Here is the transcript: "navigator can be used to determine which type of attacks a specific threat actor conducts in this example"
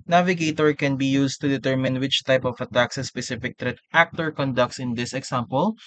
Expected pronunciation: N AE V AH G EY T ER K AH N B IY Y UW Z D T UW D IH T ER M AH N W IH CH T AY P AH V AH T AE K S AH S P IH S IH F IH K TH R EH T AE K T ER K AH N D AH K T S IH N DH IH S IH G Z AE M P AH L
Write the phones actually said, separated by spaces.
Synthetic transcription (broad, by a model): N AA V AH G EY T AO K AH N B IY Y UW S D T UW D IH T ER M AH N W IH CH T AY P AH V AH T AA K S AH S P IH S IH F IH K T R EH T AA K T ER K AH N D AH K T S IH N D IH S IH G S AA M P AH L